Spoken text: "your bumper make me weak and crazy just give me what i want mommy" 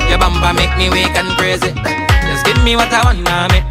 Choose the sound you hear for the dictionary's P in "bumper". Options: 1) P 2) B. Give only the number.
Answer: 2